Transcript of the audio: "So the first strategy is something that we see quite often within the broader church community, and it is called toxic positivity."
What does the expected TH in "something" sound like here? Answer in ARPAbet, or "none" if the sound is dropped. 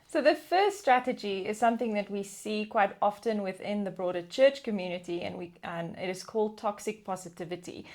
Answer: TH